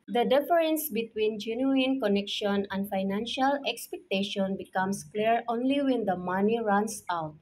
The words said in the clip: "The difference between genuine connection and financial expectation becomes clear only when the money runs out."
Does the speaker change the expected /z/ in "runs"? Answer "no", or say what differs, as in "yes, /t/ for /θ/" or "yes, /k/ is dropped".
yes, /s/ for /z/